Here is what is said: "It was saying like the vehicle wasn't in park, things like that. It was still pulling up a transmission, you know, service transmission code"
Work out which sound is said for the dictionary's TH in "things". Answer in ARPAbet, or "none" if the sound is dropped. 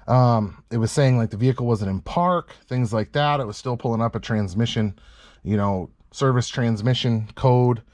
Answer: TH